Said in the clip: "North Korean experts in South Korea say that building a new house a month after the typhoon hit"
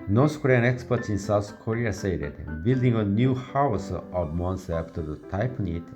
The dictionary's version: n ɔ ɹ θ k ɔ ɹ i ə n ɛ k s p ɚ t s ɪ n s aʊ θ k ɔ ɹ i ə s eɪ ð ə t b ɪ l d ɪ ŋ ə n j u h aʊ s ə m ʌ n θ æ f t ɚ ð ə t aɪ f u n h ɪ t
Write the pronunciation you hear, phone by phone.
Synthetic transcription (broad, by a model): n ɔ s k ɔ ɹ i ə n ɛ k s p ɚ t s ɪ n s aʊ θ k ɔ ɹ i ə s eɪ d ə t b ɪ l d ɪ ŋ ə n j u h aʊ s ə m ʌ n s æ f t ɚ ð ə t aɪ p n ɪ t